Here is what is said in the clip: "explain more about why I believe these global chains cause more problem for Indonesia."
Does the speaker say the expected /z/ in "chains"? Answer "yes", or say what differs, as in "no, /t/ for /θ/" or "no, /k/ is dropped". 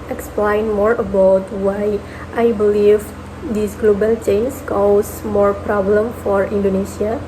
no, /s/ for /z/